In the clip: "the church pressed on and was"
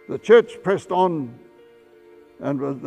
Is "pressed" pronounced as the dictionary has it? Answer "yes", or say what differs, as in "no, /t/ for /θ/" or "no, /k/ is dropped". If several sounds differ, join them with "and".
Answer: yes